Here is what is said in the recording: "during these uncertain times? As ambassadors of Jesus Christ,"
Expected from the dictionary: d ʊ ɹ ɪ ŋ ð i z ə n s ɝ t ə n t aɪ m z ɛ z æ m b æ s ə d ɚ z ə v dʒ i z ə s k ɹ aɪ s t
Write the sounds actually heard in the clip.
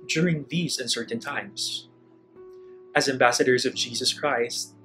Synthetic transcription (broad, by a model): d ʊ ɹ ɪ ŋ ð i z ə n s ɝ t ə n t aɪ m z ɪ z æ m b æ s ə d ɚ z ə v dʒ i z ə s k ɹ aɪ s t